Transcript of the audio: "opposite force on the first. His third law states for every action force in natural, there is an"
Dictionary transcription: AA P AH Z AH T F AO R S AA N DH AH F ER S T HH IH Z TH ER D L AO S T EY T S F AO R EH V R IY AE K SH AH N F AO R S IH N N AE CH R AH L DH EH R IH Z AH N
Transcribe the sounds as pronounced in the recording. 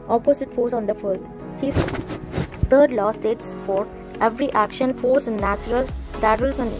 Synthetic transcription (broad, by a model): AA P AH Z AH T F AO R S AA N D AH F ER T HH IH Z T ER D L AO S T EY T S F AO R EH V R IY AE K SH AH N F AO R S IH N N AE CH R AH L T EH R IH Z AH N